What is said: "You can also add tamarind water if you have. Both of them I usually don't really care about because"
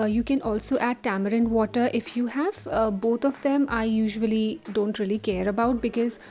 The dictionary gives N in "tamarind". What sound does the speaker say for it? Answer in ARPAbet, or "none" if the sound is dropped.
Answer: N